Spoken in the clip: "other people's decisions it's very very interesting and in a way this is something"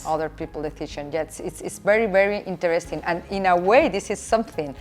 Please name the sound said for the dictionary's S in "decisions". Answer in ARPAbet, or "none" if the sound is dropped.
TH